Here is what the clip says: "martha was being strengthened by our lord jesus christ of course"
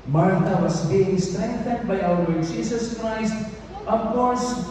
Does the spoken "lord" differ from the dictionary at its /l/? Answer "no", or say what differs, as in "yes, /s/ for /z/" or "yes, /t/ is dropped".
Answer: yes, /w/ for /l/